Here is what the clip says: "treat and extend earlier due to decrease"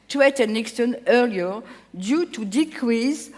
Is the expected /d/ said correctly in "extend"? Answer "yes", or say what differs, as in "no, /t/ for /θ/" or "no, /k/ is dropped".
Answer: no, /d/ is dropped